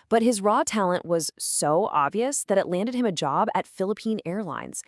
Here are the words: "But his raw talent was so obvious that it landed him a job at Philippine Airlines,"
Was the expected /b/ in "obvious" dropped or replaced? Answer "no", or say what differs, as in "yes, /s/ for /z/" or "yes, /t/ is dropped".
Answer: no